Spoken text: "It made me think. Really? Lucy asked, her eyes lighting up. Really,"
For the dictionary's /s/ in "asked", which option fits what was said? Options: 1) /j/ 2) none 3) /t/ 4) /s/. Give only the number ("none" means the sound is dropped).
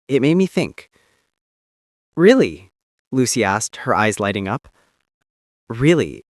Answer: 4